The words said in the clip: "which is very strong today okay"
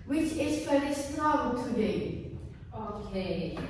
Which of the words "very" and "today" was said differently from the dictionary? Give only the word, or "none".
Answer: very